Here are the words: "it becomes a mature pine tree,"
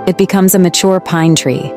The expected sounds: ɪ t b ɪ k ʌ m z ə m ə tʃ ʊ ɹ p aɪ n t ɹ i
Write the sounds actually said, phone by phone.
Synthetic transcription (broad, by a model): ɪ t b ɪ k ʌ m z ə m ə tʃ ʊ ɹ p aɪ n t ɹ i